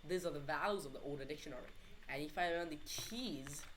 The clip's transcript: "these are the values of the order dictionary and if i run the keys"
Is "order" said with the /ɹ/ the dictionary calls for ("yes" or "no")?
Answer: no